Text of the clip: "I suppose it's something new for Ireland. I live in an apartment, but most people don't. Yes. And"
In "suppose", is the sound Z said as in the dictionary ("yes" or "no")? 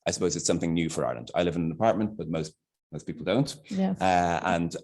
yes